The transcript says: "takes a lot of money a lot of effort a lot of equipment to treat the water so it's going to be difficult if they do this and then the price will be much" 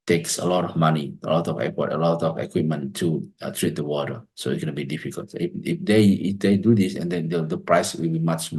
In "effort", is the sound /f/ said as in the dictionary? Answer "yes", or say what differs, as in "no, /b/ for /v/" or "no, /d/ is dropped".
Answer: no, /p/ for /f/